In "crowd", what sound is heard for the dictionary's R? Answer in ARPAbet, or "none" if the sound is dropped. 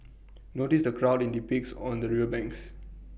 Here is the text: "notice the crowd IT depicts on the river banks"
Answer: R